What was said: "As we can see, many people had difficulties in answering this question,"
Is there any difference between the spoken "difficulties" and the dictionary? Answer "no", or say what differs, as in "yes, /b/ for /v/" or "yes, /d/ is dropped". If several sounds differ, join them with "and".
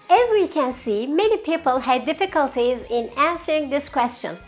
no